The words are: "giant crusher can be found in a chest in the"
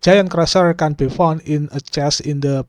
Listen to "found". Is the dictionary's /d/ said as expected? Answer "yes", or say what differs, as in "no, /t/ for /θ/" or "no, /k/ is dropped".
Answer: no, /d/ is dropped